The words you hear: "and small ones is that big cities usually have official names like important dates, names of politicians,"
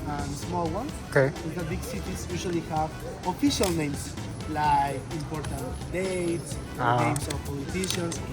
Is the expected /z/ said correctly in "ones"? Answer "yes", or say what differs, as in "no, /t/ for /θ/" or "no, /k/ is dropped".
no, /s/ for /z/